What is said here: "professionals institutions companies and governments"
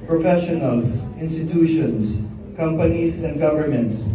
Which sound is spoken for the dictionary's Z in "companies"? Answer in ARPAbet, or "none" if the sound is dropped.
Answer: S